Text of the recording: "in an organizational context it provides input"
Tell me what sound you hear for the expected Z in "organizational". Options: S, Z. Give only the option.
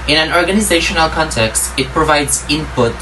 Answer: Z